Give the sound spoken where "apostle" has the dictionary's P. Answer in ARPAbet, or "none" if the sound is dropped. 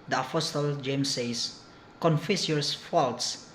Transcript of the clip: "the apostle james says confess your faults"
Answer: F